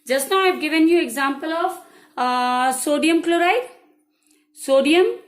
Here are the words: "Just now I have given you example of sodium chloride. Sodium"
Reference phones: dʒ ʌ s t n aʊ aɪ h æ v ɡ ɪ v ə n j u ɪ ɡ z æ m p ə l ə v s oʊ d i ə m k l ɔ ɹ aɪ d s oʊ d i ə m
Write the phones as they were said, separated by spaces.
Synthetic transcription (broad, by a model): dʒ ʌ s t n aʊ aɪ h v ɡ ɪ v ə n j u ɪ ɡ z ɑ m p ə l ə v s oʊ d i ə m k l ɔ ɹ aɪ d s oʊ d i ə m